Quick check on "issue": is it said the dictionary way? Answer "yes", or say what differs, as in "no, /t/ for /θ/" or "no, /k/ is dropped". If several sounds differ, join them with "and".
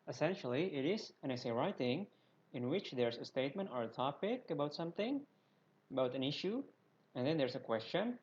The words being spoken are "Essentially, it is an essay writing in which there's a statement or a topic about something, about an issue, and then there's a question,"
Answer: yes